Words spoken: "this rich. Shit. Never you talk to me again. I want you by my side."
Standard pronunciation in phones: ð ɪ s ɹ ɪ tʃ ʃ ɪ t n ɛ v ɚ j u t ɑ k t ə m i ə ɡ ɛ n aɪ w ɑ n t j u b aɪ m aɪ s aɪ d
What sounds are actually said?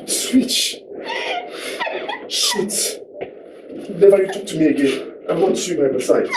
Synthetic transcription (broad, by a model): s w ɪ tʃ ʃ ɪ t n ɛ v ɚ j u t ɑ k t ə m i ə ɡ ɛ n aɪ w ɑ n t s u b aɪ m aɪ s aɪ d